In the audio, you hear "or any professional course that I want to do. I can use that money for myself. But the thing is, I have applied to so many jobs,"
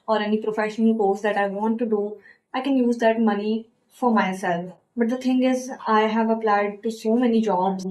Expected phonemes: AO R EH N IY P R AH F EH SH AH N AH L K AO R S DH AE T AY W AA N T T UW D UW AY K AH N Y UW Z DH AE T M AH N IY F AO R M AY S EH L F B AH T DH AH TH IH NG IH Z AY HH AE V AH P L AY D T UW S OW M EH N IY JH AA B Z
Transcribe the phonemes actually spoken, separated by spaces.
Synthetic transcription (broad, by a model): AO R EH N IY P R AH F EH SH AH N AH L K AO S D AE T AY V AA N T T UW D UW AY K AH N Y UW Z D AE T M AH N IY F AO R M AY S EH L F B AH T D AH T IH NG IH Z AY HH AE V AH P L AY D T UW S OW M EH N IY JH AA B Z